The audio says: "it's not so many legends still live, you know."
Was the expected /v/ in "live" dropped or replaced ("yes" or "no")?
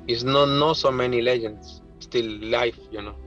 yes